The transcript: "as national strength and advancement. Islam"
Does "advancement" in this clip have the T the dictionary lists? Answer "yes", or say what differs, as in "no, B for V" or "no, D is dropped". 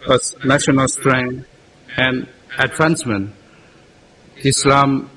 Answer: no, T is dropped